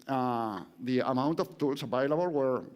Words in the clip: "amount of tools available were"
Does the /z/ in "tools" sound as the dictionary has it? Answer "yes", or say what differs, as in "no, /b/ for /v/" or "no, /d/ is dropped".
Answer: no, /s/ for /z/